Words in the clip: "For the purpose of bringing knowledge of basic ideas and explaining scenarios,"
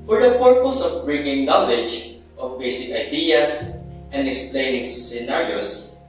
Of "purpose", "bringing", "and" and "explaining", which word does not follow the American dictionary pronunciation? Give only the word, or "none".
none